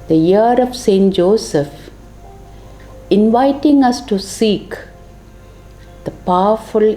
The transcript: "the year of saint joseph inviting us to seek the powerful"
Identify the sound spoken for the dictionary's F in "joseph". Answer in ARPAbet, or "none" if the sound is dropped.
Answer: F